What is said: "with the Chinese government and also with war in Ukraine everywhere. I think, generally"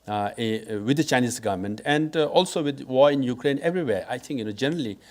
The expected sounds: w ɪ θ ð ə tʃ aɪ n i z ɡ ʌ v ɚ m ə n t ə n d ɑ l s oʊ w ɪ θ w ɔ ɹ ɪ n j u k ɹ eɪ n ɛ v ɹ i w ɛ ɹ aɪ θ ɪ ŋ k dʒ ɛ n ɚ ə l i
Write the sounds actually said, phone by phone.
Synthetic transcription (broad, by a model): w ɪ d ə tʃ aɪ n i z ɡ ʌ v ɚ m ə n t ə n d ɑ l s oʊ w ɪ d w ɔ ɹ ɪ n j u k ɹ eɪ n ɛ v ɹ i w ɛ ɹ aɪ t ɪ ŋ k dʒ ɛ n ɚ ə l i